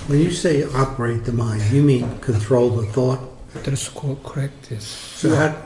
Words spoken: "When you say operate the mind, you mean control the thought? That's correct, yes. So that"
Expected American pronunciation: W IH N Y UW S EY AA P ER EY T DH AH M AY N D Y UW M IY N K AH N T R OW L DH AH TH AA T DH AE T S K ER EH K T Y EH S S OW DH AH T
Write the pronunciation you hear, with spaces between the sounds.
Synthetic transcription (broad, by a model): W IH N Y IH S EY AA P ER EY T DH AH M AY N D Y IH M IY N K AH N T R OW L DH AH TH AA T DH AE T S K ER EH K T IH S S OW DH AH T